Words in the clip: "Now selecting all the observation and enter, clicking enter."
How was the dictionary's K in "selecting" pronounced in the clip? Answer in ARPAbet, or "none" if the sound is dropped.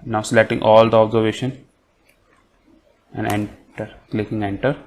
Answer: none